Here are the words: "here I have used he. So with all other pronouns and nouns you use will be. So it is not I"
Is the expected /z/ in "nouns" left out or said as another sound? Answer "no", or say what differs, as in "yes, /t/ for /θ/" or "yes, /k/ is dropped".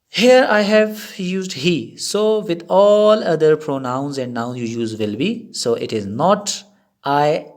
yes, /z/ is dropped